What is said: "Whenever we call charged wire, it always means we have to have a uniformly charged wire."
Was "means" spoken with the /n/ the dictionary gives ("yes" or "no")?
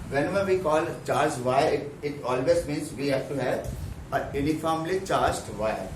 yes